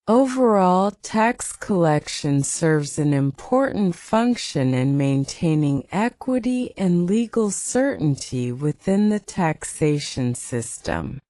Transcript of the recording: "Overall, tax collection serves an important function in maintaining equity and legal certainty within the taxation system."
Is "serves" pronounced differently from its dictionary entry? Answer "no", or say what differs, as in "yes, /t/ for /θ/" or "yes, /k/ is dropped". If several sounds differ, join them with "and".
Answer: no